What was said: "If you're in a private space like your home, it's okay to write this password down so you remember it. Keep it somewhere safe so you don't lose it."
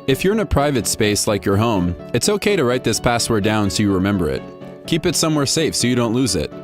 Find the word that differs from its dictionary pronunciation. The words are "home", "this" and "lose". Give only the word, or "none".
none